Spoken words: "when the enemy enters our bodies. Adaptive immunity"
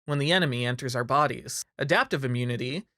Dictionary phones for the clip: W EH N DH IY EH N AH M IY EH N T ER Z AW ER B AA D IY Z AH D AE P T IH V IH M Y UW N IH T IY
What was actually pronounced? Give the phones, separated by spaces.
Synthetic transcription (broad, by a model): W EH N DH IY EH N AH M IY EH N T ER Z AW ER B AA D IY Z AH D AE P T IH V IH M Y UW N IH T IY